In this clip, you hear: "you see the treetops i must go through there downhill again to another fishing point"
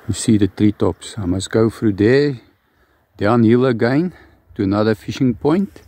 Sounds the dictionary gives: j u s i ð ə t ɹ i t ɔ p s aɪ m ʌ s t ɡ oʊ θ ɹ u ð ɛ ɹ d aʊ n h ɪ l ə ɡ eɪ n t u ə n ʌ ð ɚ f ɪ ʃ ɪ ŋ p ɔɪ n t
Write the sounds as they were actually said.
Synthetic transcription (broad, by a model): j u s i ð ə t ɹ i t ɔ p s aɪ m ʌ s ɡ oʊ f ɹ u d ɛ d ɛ n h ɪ l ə ɡ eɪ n t u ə n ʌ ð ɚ f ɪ ʃ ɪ ŋ p ɔɪ n t